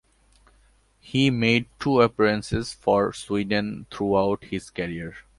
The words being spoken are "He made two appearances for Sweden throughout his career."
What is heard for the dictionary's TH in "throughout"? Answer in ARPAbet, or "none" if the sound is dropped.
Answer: T